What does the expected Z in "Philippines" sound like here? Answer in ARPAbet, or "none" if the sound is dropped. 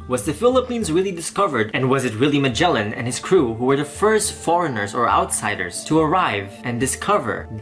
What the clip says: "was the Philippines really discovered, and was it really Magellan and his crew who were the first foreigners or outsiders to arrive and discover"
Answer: Z